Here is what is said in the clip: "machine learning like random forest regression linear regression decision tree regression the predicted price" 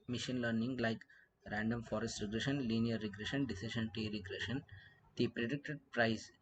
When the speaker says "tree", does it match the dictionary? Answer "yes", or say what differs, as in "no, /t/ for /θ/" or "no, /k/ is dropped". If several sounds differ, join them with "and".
no, /ɹ/ is dropped